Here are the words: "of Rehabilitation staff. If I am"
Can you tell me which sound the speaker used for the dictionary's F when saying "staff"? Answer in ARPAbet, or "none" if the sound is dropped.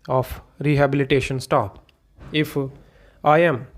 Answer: P